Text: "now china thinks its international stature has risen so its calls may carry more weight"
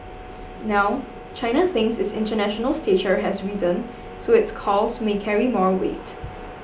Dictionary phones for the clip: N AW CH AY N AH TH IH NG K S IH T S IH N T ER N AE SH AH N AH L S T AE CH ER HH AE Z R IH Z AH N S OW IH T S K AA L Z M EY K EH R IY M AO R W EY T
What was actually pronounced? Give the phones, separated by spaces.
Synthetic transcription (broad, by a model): N AW CH AY N AH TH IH NG S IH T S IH N T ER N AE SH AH N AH L S T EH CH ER HH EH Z R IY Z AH N S OW IH T S K AA L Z M EY K EH R IY M AO R W EY T